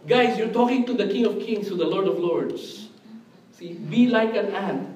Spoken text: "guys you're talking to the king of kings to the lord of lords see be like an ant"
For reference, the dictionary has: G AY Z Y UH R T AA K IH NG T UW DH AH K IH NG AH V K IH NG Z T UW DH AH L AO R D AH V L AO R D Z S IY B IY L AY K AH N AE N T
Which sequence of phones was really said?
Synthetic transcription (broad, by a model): G AY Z Y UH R T AA K IH NG T UW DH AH K IH NG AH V K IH NG S T UW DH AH L AO R D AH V L AO R D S S IY B IY L AY K AH N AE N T